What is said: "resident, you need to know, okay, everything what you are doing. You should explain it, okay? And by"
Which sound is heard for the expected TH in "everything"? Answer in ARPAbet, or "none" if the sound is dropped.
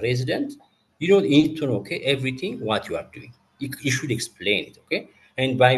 T